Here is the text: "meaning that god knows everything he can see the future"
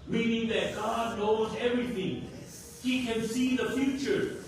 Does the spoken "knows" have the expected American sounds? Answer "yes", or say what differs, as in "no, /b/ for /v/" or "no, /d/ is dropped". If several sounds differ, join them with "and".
yes